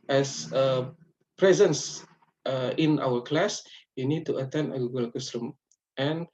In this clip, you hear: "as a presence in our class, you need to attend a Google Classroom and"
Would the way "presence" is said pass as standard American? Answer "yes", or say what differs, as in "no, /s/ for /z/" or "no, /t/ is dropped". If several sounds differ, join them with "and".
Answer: yes